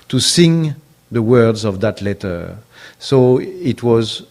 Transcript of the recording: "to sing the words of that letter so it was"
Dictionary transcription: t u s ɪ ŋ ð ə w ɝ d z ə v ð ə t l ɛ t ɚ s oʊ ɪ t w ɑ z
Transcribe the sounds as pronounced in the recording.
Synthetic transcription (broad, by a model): t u s ɪ ŋ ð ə w ɝ d z ə v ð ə t l ɛ t ɚ s oʊ ɪ t w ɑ z